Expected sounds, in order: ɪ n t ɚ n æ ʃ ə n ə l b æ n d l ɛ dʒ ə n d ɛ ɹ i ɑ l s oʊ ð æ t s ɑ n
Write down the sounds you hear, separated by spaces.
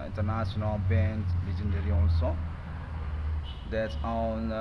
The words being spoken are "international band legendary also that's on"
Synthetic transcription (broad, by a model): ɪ n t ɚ n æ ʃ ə n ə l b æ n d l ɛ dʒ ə n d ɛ ɹ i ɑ n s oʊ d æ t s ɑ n